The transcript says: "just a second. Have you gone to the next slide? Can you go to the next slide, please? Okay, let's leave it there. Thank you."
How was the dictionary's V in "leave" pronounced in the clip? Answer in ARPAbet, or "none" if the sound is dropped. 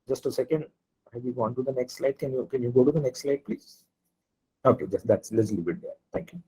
B